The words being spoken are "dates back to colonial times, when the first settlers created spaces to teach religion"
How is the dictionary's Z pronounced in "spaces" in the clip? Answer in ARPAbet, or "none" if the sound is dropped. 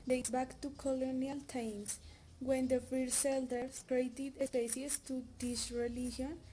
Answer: S